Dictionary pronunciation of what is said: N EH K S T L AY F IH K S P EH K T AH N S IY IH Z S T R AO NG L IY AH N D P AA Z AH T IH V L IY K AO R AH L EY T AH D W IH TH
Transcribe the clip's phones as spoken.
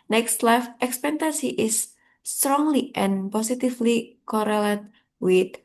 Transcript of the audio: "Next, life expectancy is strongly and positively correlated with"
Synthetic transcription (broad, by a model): N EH K S T L AY F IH K S P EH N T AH S IY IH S T R AO NG L IY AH N P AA S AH T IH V L IY K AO R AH L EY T W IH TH